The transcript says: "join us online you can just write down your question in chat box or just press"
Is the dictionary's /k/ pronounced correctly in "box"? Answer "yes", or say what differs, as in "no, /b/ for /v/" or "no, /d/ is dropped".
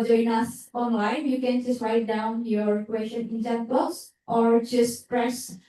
no, /k/ is dropped